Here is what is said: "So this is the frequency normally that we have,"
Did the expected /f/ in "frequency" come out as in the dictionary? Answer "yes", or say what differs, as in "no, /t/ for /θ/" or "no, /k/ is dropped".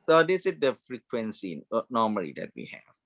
yes